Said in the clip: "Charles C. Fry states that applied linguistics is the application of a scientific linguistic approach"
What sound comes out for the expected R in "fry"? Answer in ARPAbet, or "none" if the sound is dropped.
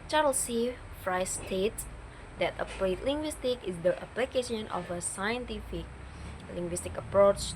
R